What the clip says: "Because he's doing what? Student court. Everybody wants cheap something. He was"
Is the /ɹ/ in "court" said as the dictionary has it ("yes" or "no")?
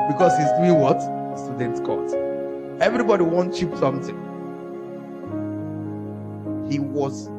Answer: no